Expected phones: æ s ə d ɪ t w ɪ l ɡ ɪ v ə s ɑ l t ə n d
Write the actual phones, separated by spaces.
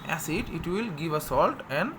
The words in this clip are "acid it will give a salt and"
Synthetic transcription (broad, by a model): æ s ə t ɪ t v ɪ l ɡ ɪ v ə s ɑ l t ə n d